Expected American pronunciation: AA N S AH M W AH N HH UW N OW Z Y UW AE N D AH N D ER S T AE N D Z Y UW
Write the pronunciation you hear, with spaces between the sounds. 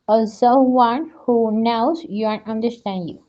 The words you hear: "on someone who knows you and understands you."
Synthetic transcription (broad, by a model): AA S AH W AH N HH UW N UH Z Y UW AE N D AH N D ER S T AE N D Y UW